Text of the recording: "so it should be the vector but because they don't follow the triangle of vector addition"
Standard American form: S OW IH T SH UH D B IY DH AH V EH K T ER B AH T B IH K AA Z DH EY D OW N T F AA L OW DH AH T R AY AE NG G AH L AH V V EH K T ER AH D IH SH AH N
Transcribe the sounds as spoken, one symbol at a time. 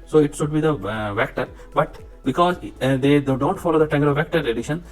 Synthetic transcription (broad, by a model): S OW IH T SH UH D B IY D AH V EH K T ER B AH T B IH K AA Z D EY D OW N T F AA L OW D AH T AY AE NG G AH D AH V V EH K T ER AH D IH SH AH N